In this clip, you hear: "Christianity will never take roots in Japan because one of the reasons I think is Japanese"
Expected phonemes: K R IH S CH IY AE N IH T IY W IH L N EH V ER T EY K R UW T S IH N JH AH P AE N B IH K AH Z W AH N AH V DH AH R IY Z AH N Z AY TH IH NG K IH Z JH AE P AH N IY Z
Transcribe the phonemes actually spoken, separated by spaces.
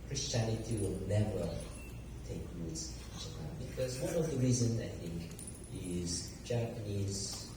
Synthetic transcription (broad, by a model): K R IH S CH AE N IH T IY W IH L N EH V ER T EY K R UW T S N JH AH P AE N B IH K AH Z W AH N AH V DH AH R IY Z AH N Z AY TH IH NG K IH Z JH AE P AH N IY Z